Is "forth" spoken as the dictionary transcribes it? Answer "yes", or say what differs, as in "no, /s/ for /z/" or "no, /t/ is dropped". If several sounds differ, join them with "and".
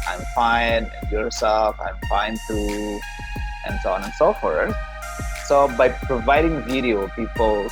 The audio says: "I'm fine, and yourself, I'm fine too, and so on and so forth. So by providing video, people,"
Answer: no, /t/ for /θ/